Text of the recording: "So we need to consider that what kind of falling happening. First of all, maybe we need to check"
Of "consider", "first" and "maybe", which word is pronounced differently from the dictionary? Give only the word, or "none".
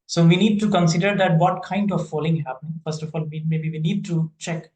none